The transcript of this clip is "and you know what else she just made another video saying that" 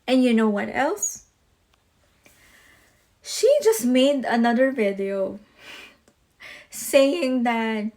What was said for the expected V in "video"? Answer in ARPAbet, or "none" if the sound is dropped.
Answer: V